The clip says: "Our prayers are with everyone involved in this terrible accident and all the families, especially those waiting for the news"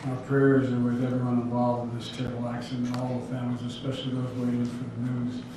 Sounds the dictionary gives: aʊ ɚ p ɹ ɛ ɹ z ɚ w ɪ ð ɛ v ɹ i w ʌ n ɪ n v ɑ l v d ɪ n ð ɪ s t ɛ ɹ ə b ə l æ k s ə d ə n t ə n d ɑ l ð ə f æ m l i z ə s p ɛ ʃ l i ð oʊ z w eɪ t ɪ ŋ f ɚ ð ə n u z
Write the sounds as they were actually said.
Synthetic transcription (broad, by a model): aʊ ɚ p ɹ ɛ ɹ z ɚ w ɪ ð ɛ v i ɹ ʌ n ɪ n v ɑ l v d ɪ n ð ɪ s t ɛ ə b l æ k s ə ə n ə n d ɑ l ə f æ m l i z ə s p ɛ ʃ l i ð oʊ z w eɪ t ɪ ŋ f ɚ ð ə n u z